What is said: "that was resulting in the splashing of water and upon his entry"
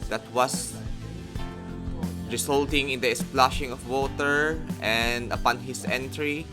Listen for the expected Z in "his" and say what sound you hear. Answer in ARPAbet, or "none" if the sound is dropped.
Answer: S